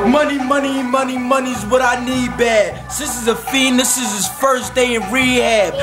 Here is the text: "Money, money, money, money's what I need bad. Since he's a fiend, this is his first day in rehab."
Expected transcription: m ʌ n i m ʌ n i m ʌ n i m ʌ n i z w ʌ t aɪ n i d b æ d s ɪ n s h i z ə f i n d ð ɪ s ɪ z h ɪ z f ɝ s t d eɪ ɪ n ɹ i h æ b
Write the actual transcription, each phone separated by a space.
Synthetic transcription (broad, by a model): m ʌ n i m ʌ n i m ʌ n i m ʌ n i z w ʌ t aɪ n i d b æ d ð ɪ s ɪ z ə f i n ð ɪ s ɪ z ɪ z f ɝ s d eɪ ɪ n ɹ i h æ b